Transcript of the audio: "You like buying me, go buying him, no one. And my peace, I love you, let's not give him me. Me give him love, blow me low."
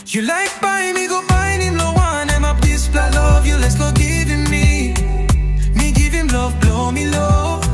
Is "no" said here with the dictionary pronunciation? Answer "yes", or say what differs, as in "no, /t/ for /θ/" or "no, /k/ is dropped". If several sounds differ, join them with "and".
no, /l/ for /n/